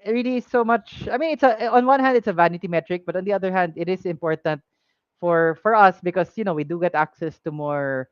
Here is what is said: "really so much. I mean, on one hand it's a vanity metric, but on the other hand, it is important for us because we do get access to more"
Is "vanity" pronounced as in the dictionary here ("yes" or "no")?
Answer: yes